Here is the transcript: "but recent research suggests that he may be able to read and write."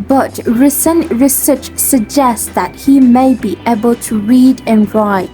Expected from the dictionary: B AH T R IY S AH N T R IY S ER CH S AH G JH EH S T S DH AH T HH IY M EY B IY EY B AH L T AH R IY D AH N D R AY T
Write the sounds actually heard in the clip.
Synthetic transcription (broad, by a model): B AH T R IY S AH N T R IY S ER CH S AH G JH EH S S DH AH T HH IY M EY B IY EY B AH L T AH R IY D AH N R AY T